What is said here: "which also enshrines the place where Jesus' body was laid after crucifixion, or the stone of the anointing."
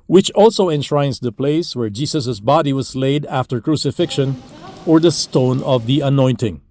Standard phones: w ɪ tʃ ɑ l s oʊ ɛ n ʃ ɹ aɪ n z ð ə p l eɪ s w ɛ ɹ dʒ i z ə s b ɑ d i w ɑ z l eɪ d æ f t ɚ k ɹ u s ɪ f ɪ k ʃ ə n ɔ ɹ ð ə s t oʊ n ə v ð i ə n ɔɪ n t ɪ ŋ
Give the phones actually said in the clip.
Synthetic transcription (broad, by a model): w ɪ tʃ ɑ l s oʊ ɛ n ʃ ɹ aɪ n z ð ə p l eɪ s w ɛ ɹ dʒ i s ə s b ɑ d i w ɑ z l eɪ d æ f t ɚ k ɹ u s ɪ f ɪ k ʃ ə n ɔ ɹ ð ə s t oʊ n ə v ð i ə n ɔɪ n t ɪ ŋ